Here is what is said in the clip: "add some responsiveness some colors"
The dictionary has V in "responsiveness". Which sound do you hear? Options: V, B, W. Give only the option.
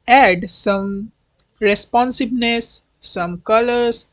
B